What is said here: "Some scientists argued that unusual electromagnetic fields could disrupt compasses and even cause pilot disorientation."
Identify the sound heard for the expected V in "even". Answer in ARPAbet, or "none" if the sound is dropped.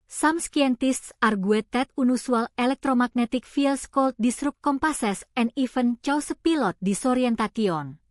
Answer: F